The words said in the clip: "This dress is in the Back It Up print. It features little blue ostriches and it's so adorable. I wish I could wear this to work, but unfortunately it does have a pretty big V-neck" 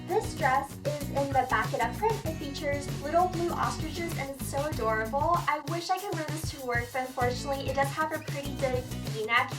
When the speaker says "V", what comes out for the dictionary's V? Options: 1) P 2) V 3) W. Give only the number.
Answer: 1